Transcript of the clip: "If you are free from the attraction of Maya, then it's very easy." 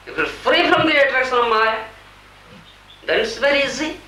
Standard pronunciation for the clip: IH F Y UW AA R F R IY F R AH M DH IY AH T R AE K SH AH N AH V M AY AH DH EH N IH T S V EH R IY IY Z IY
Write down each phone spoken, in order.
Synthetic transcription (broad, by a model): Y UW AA L F R IY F R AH M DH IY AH T R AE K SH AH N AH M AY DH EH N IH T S V EH R IY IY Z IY